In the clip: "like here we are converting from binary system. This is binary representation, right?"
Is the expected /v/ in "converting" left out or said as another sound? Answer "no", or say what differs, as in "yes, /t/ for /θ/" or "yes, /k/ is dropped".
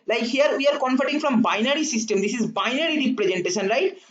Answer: yes, /f/ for /v/